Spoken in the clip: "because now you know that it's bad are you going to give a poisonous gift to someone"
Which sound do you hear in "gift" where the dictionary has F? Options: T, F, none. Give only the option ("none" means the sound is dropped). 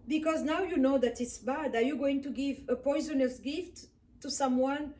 F